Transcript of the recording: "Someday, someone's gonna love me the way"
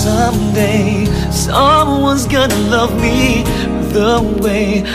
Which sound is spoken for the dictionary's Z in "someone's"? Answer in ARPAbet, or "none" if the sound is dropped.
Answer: Z